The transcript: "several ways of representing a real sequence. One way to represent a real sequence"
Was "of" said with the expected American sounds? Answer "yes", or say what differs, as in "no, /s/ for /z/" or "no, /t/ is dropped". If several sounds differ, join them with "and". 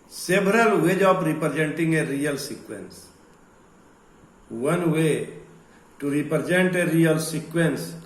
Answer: no, /p/ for /v/